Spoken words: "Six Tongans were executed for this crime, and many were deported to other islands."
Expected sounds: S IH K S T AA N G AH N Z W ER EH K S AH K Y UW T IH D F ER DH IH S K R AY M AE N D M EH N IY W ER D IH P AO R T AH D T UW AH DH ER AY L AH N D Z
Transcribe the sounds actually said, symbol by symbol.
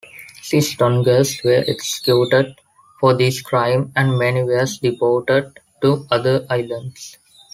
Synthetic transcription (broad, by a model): S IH S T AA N G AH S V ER EH K S AH K Y UW T IH D F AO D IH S K R AY M AE N D M EH N IY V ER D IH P AO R T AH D T UW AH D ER AY L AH N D S